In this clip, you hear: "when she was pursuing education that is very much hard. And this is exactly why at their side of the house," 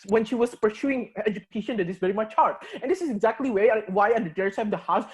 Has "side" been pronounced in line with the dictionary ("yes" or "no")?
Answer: no